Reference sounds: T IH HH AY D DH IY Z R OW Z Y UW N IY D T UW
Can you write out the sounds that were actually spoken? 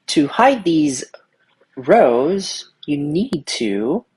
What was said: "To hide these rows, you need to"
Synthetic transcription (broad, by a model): T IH HH AY D DH IY Z R OW Z Y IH N IY D T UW